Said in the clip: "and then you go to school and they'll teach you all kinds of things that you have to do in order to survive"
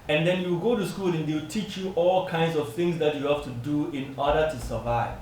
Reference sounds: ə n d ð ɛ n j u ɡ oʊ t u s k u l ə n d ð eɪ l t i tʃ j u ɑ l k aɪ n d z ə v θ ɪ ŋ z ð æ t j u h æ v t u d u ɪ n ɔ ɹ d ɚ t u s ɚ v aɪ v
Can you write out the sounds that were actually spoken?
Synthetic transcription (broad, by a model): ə n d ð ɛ n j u ɡ oʊ t u s k u l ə n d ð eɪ w t i tʃ j u ɑ l k aɪ n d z ə v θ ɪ ŋ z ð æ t j u h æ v t u d u ɪ n ɔ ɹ d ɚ t u s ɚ v aɪ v